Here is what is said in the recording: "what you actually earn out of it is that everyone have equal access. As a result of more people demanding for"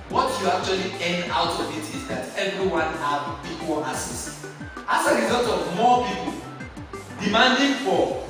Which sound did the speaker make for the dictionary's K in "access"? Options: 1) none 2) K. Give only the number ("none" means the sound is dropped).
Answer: 1